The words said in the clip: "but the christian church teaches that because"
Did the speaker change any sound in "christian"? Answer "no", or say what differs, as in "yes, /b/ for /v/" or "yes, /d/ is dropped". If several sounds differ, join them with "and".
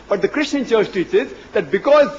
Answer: no